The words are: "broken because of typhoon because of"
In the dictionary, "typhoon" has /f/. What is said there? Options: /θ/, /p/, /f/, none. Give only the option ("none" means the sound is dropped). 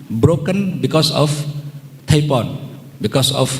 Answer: /p/